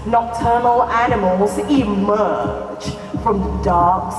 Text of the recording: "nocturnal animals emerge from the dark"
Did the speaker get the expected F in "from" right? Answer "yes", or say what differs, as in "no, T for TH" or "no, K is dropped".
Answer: yes